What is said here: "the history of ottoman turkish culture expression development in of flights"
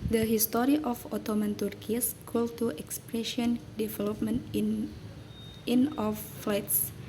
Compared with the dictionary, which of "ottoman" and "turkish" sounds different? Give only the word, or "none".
turkish